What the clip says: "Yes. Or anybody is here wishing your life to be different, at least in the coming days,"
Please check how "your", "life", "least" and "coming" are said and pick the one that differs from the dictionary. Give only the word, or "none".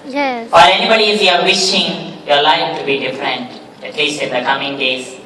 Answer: least